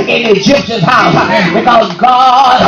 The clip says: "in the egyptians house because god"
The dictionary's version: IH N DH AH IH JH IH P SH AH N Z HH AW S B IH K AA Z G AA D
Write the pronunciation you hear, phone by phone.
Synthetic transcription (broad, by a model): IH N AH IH JH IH P SH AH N HH AW S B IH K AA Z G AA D